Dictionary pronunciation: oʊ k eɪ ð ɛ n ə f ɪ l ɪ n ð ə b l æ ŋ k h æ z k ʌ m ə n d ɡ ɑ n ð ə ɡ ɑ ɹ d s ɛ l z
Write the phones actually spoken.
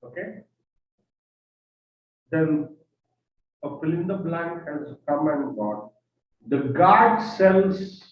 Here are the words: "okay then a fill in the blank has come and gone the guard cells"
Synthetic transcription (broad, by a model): oʊ k eɪ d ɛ n ə p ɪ l ɪ n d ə b l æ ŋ k h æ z k ʌ m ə n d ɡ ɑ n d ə ɡ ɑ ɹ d s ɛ l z